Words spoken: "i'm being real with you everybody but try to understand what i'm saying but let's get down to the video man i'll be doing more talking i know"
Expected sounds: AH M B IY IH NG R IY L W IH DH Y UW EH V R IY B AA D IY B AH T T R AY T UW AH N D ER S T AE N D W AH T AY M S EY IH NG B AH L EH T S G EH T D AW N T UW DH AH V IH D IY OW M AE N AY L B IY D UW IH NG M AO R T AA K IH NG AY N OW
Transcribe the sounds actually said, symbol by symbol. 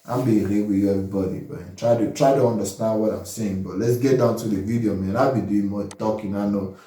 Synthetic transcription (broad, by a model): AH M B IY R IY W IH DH Y UW EH V R IY B AA D IY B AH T T R AY T UW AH N D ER S T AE N D W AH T AY M S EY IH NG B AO L EH T S G EH T D AW N T UW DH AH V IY D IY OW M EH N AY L B IY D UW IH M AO T AA K IH NG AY N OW